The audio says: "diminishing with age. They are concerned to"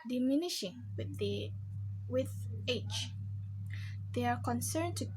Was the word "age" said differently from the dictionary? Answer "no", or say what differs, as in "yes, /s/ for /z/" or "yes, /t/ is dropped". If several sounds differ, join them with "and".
yes, /tʃ/ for /dʒ/